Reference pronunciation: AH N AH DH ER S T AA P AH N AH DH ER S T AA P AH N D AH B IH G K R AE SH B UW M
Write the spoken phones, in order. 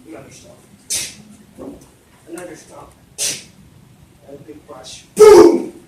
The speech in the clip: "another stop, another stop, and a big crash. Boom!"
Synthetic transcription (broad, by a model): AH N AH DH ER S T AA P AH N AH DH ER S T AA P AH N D AH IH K AA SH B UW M